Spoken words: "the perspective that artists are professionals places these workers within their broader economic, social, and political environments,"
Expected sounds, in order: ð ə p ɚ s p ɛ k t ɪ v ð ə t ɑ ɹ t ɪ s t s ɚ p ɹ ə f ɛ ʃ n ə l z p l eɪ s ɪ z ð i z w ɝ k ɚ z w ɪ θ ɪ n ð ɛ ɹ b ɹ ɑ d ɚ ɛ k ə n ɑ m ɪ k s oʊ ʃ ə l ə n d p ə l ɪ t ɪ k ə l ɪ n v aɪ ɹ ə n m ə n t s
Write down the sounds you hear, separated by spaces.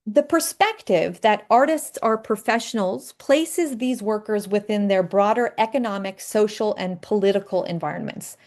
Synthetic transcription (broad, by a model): ð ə p ɚ s p ɛ k t ɪ v ð ə t ɑ ɹ t ɪ s t s ɚ p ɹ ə f ɛ ʃ n l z p l eɪ s ɪ z ð i z w ɝ k ɚ z w ɪ θ ɪ n ð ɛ ɹ b ɹ ɑ d ɚ ɛ k ə n ɑ m ɪ k s oʊ ʃ l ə n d p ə l ɪ t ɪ k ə l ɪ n v aɪ ɹ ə n m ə n t s